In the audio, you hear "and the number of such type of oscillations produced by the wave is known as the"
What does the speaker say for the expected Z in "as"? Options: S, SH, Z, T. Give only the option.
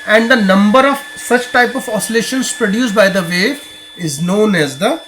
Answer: Z